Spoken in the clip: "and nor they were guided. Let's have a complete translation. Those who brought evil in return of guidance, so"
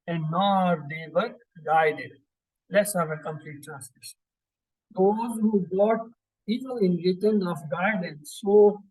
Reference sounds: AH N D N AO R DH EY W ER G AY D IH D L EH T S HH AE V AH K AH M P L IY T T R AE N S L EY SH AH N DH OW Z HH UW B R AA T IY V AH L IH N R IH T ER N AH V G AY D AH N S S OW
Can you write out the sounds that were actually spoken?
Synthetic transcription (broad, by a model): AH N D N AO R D EY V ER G AY D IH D L EH T S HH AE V AH K AH M P L IY T T R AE N S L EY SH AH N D OW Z HH UW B AA T IY P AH L IH N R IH T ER N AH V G AY D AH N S S OW